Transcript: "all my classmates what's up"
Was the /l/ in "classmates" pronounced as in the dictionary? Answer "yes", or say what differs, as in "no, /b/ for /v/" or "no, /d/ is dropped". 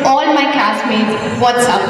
no, /l/ is dropped